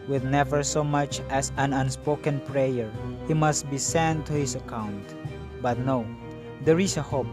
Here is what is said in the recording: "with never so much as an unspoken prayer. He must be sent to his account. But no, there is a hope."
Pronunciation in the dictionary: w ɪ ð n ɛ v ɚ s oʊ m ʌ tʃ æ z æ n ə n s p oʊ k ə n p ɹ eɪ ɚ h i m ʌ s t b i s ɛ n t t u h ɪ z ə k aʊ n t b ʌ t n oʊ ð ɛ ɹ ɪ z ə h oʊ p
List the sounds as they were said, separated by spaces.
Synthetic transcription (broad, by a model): w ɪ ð n ɛ v ɚ s oʊ m ʌ tʃ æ s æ n ə n s p oʊ k ə n p ɹ eɪ ɚ h i m ʌ s t b i s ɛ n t t u h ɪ s ə k aʊ n t b ʌ t n oʊ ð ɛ ɹ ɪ s ə h oʊ p